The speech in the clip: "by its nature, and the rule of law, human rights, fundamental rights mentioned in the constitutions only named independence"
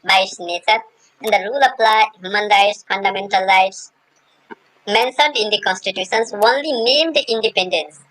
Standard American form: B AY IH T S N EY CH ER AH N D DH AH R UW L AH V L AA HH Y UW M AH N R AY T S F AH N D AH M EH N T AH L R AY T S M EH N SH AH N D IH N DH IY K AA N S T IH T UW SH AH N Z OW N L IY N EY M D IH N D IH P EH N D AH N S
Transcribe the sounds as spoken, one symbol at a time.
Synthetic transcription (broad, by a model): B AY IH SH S N EY CH ER AH N D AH R UW L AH P L AA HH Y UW M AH N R AY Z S F AH N D AH M EH N T AH L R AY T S M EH N S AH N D IH N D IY K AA N S T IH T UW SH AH N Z OW N L IY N EY M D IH N D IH P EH N D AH N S